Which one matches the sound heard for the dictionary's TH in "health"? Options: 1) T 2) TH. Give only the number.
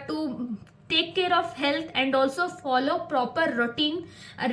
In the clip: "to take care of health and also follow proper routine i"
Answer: 1